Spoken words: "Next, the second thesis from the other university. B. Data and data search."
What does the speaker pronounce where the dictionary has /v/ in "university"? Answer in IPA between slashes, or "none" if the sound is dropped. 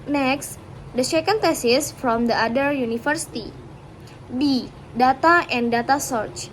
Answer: /f/